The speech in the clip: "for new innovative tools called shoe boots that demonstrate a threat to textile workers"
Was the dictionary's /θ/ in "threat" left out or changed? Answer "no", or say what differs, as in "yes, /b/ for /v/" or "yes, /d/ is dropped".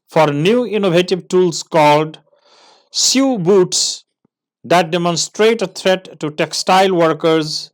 yes, /t/ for /θ/